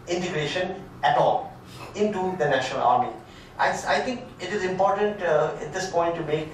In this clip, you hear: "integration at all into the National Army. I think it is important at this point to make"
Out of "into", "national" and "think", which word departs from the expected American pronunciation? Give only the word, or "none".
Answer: think